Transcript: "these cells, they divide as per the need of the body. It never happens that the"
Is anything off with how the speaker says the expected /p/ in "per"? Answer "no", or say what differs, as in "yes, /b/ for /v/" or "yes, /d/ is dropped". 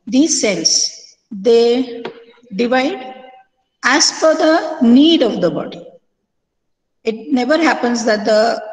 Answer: yes, /f/ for /p/